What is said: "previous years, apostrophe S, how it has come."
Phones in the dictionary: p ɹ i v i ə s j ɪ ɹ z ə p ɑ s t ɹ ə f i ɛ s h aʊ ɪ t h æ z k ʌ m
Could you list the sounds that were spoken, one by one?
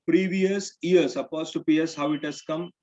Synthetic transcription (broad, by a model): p ɹ i v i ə s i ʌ ɹ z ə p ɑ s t ə p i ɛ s h aʊ ɪ t h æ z k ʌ m